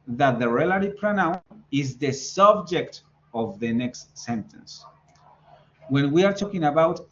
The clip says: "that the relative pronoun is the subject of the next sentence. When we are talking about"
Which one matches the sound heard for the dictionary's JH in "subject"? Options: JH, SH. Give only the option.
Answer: JH